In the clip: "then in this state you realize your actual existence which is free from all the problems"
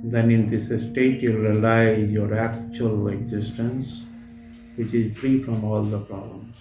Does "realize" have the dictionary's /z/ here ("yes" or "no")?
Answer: no